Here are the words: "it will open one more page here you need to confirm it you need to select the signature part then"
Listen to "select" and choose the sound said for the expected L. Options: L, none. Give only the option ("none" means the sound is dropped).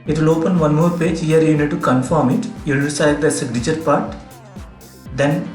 none